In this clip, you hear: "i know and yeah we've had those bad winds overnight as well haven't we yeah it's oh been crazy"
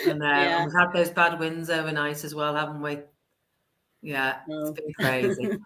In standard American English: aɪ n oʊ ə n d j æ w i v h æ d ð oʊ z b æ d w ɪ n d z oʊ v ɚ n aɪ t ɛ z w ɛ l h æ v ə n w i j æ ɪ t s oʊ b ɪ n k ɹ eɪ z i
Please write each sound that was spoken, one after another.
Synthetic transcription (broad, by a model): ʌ n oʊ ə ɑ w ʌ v h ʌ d ð oʊ z b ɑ d w ɪ n d z oʊ v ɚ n aɪ t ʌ z w ɛ l h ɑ v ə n w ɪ j æ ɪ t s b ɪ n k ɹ eɪ z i